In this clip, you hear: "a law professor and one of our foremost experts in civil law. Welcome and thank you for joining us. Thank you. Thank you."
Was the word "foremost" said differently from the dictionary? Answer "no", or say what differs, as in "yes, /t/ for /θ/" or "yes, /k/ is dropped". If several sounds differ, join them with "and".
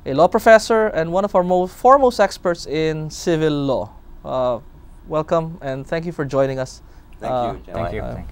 no